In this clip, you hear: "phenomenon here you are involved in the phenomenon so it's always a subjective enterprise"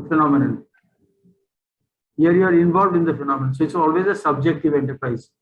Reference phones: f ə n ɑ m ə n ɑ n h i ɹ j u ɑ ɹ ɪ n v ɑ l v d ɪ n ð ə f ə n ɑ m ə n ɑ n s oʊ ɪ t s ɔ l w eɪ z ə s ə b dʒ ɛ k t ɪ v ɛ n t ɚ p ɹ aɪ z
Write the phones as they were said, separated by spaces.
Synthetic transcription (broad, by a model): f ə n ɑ m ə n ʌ n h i ɹ j u ɑ ɹ ɪ n v ɑ l v d ɪ n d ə f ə n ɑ m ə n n s oʊ ɪ t s ɔ l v eɪ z ə s ə b dʒ ɛ k t ɪ v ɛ n t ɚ p ɹ aɪ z